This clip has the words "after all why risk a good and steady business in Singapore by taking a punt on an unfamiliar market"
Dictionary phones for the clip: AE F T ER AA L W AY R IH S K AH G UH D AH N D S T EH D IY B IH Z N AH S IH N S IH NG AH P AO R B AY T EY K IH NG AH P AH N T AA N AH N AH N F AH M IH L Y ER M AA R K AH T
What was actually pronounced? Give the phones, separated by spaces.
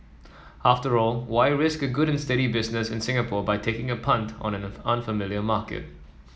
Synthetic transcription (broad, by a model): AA F T ER AA L W AY R IH S K AH G UH D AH N S T EH D IY B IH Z N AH S IH N S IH NG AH P AO B AY T EY K IH NG AH P AH N T AA N AH N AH N F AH M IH L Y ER M AA K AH T